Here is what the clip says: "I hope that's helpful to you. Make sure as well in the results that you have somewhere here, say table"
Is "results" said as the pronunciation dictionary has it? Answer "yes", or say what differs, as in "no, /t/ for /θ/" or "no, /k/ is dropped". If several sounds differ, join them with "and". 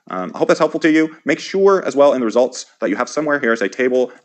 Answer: yes